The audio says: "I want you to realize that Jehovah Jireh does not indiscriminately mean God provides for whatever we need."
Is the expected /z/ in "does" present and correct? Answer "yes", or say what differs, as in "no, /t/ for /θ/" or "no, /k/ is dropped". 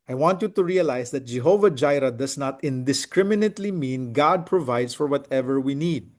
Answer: no, /s/ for /z/